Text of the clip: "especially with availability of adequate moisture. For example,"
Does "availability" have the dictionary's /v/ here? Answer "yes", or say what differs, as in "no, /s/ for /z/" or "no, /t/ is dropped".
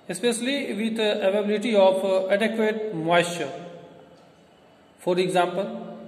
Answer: no, /v/ is dropped